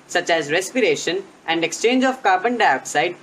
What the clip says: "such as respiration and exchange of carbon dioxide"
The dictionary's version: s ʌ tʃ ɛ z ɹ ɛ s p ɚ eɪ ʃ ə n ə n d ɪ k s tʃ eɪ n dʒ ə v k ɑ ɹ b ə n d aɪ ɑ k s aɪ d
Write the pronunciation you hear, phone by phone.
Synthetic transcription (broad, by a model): s ʌ tʃ ɛ z ɹ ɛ s p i eɪ ʃ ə n ə n d ɪ k s tʃ eɪ n dʒ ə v k ɑ ɹ b ə n d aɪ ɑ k s aɪ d